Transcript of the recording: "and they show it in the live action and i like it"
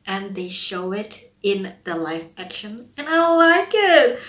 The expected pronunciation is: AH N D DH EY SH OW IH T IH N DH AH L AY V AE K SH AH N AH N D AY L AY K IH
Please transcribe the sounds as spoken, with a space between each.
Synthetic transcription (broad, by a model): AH N DH EY SH OW IH T IH N DH AH L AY F AE K SH AH N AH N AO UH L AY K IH